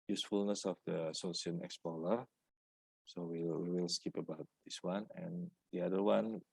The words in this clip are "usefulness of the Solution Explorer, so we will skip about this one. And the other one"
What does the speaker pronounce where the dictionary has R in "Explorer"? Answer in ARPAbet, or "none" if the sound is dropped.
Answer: L